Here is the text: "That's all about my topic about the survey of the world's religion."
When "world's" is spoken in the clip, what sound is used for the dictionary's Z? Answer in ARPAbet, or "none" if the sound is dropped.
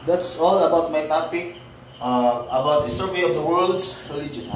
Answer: S